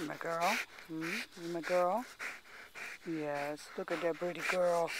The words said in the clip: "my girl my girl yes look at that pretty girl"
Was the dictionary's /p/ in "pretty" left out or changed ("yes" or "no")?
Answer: yes